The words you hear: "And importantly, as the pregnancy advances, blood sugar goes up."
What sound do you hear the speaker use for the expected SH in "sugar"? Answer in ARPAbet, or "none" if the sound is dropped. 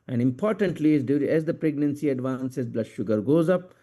SH